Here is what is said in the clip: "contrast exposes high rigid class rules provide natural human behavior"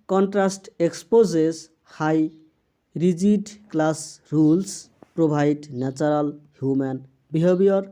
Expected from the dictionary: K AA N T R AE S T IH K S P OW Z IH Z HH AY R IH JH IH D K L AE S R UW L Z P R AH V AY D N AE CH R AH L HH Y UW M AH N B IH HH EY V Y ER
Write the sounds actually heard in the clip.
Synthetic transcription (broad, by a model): K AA N T R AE S T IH K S P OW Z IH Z HH AY R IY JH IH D K L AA S R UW L S P R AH B AY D N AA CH R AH L HH Y UW M AH N B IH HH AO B Y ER